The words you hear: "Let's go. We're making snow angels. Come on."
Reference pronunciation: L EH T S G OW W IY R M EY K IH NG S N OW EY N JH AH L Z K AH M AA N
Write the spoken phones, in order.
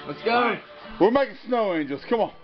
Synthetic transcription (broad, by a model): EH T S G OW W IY L M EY IH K S N OW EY N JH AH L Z K AH M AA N